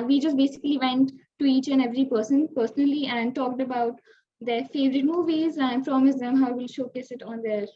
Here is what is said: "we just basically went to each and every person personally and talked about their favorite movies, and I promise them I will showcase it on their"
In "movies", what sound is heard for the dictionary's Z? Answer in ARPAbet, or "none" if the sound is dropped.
Z